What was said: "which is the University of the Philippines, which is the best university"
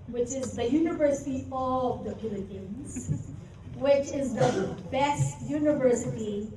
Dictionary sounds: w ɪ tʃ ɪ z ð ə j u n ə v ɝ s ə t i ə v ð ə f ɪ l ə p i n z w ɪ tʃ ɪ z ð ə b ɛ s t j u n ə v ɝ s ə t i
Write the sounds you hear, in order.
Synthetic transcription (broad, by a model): w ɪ tʃ ɪ z ð ə j u n ə v ɝ s ə t i ə v ð ə p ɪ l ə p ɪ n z w ɪ tʃ ɪ z ð ə b ɛ s t j u n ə v ɝ s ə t i